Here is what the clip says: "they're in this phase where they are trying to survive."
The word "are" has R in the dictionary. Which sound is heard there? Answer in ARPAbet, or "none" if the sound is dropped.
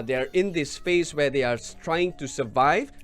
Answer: R